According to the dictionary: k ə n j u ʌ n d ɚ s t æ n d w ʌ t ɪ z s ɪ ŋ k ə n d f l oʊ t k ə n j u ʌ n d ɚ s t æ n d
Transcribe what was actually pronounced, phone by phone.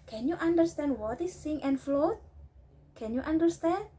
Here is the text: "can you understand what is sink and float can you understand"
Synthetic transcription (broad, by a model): k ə n j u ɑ n d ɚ s t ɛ n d w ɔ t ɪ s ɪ ŋ ə n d f l oʊ t k ə n j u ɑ n d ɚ s t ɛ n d